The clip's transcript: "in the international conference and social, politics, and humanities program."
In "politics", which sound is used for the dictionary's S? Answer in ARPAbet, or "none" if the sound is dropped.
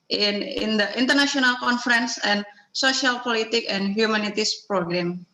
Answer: none